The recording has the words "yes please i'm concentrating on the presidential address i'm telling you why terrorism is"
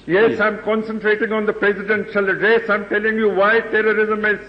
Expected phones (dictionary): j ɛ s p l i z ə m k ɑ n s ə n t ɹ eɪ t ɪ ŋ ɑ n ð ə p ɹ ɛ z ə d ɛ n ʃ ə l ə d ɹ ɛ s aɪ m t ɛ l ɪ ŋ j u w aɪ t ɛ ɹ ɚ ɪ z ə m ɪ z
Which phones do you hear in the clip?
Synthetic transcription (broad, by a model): j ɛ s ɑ ə m k ɑ n s ə n t ɹ eɪ t ɪ ŋ ɑ n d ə p ɹ ɛ z ə d ɛ n ʃ ə l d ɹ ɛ s aɪ m t ɛ l ɪ ŋ j u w aɪ t ɛ ɹ ɚ ɪ z ə m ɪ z